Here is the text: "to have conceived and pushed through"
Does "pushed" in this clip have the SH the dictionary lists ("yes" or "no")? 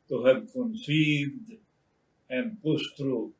no